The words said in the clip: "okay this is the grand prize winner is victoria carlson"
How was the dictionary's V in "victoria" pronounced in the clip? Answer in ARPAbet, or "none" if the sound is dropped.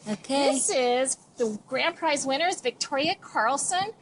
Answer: V